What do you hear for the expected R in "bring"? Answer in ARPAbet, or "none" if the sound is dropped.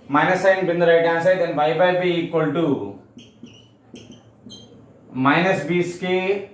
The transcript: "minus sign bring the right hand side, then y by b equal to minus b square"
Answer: none